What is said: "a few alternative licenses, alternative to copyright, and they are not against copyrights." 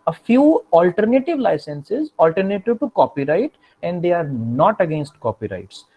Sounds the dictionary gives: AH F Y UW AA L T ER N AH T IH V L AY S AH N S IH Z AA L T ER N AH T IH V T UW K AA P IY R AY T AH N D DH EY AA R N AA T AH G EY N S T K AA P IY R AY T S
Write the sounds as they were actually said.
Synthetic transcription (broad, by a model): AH F Y UW AA L T ER N AH T IH V L AY S AH N S IH Z AA L T ER N AH T IH V T UW K AA P IY R AY T AH N D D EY AA R N AA T AH G EY N S T K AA P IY R AY T S